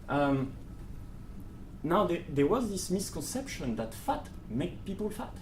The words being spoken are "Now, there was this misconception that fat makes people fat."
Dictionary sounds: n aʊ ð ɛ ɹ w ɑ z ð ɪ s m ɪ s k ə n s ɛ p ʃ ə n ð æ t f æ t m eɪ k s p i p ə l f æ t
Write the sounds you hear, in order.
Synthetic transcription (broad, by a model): n aʊ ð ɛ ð w ɑ z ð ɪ s m ɪ s k ə n s ɛ p ʃ ə n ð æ t f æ t m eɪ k p i p ə l f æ t